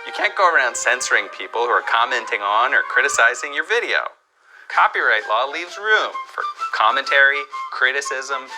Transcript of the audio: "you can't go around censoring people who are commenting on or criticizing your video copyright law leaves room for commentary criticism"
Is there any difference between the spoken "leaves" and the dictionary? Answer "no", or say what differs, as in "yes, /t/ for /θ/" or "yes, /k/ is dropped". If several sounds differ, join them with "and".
no